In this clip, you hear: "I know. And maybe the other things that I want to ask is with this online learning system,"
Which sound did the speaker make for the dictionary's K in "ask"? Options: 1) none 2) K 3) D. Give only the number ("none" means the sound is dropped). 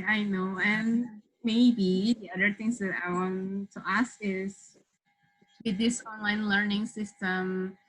2